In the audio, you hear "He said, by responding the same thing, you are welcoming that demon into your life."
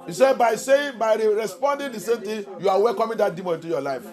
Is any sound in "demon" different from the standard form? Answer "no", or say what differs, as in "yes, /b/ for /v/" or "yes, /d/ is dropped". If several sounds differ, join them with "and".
yes, /n/ is dropped